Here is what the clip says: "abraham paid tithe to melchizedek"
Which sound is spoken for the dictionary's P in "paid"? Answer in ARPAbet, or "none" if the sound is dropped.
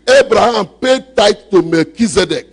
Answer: P